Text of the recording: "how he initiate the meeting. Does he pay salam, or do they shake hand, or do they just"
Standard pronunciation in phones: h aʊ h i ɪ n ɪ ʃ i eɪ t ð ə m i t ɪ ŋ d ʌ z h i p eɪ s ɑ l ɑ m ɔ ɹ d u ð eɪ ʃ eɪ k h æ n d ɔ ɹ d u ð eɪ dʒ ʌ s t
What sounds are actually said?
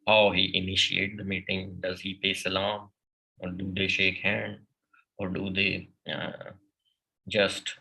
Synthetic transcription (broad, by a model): h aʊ h i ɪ n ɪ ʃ i eɪ t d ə m i t ɪ ŋ d ʌ z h i p eɪ s ɑ l ɑ m ɔ ɹ d u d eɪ ʃ eɪ k h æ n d ɔ ɹ d u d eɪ dʒ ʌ s t